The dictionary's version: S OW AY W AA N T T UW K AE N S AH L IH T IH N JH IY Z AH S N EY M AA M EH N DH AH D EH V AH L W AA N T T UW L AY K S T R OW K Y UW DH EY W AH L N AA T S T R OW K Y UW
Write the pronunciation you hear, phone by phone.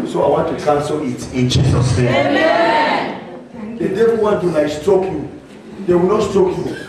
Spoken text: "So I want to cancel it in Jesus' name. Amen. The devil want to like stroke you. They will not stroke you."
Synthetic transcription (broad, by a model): S OW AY W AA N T T UW K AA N S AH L IH T IH N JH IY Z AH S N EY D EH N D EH AH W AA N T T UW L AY S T OW K Y UW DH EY W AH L N AA T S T OW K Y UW